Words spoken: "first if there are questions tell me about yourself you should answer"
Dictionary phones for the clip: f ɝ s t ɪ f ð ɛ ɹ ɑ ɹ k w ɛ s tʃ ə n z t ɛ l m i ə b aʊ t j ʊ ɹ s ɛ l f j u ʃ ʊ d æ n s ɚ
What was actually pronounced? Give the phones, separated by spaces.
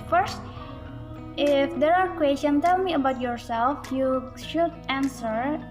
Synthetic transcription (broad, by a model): f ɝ s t ɪ f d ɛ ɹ ɑ ɹ k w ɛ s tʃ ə n t ɛ l m i ə b aʊ t j ʊ ɹ s ɛ l f j u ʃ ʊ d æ n s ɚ